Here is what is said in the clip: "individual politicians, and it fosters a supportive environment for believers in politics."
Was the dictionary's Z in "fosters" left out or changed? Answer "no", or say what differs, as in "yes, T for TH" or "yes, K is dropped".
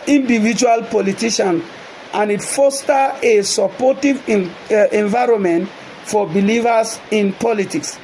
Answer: yes, Z is dropped